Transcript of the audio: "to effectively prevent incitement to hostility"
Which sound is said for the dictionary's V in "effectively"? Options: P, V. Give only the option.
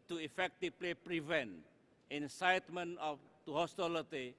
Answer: P